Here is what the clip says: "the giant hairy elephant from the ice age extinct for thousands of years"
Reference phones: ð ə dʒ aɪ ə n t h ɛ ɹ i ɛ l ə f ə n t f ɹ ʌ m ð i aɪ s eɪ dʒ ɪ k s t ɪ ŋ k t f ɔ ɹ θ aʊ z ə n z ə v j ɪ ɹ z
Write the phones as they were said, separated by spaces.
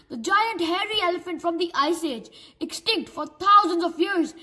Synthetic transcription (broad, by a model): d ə dʒ aɪ ə n t h ɛ ɹ i ɛ l ə f ə n t f ɹ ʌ m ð i aɪ s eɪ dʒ ɪ k s t ɪ ŋ k t f ɔ ɹ t aʊ z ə n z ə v j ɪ ɹ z